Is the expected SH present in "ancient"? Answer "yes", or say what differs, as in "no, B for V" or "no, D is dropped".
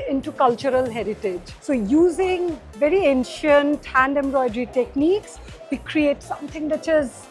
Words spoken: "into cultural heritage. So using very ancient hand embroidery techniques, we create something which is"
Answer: yes